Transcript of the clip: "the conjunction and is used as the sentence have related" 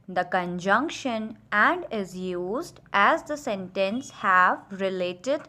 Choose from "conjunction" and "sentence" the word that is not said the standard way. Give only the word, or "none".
none